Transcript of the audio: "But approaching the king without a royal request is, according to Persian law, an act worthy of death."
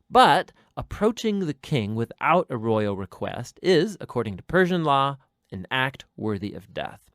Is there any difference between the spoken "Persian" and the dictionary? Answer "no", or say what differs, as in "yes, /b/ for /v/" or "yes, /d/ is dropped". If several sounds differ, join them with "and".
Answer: no